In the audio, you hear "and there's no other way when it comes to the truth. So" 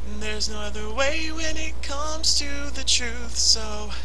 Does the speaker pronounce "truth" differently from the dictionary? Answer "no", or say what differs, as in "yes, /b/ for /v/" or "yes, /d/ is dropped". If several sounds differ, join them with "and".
no